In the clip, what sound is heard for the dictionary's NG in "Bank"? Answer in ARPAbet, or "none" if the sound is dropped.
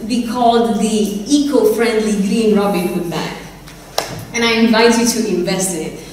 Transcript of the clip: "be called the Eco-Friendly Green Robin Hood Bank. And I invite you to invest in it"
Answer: none